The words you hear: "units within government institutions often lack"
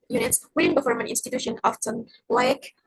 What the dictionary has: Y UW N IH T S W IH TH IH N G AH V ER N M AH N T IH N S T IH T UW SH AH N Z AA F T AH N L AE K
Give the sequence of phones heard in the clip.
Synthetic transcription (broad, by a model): Y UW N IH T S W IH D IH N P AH F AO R M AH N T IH N S T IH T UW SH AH N AA F T AH N L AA K